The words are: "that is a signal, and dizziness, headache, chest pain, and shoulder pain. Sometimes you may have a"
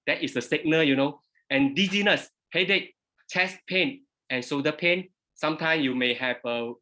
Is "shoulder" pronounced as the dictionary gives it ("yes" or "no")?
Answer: no